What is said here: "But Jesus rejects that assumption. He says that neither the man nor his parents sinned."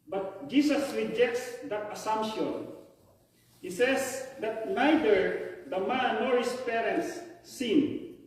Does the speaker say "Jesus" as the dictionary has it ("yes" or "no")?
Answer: no